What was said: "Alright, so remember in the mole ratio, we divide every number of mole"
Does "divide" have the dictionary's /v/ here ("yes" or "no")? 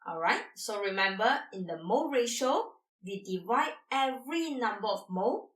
yes